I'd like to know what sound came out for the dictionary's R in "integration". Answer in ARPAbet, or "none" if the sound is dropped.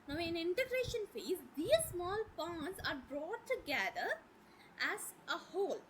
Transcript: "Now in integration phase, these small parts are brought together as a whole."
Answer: R